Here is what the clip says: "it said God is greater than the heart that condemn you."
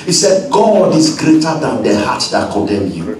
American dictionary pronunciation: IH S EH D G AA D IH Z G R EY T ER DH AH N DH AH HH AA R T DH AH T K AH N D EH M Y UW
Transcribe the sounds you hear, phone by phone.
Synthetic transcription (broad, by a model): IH S EH D G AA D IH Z G R EY T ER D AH N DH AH HH AA T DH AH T K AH D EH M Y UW